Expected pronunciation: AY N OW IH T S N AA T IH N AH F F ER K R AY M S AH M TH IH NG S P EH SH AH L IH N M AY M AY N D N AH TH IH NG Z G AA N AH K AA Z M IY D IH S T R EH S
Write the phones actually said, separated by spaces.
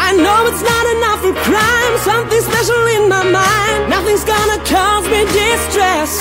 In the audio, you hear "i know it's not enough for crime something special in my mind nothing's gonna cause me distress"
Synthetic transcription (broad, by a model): AY N OW IH T S N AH T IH N AH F F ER K R AY M S AH M TH IH NG S P EH SH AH L IH N M AY M AY N D N AH TH IH NG Z G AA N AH K AA Z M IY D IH S T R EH S